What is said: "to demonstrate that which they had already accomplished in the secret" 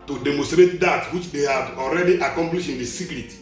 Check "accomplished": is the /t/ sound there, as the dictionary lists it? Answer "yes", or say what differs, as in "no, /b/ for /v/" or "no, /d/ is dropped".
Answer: no, /t/ is dropped